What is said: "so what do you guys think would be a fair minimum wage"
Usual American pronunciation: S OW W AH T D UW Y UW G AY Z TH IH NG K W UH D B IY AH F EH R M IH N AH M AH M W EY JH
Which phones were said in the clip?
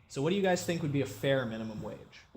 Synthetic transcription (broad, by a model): S OW W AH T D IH Y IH G AY Z TH IH NG K W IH D B IY AH F EH R M IH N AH M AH M W EY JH